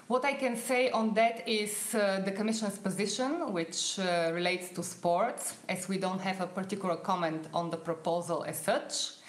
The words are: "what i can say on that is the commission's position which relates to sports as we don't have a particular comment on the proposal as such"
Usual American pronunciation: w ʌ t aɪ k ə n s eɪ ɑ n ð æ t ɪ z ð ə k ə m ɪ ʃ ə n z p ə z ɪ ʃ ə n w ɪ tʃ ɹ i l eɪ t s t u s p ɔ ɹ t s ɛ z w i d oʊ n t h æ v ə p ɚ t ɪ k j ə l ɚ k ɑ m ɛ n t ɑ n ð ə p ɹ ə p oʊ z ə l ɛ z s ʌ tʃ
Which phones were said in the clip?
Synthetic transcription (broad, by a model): w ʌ t aɪ k ə n s eɪ ɑ n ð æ t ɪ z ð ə k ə m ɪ ʃ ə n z p ə z ɪ ʃ ə n w ɪ tʃ ɹ i l eɪ t s t u s p ɔ ɹ t s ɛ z w i d oʊ n t h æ v ə p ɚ t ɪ k j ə l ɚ k ɑ m ɛ n t ɑ n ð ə p ɹ ə p oʊ z ə l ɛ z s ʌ tʃ